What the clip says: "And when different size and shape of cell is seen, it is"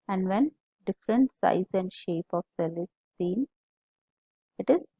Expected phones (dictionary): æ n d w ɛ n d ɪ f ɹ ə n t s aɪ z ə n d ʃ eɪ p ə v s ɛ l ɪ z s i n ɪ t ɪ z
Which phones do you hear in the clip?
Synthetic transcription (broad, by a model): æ n d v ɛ n d ɪ f ɹ ə n t s aɪ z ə n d ʃ eɪ p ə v s ɛ l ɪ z s i n ɪ t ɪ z